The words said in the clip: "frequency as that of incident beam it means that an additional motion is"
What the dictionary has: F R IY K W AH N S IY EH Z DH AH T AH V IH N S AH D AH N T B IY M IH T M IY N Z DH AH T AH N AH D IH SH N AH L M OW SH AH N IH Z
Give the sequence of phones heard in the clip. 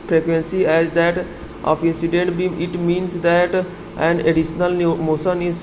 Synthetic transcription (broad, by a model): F R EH K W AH N S IY EH Z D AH T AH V IH N S AH D AH N T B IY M IH T M IY N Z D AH T AH N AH D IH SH N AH L M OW S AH N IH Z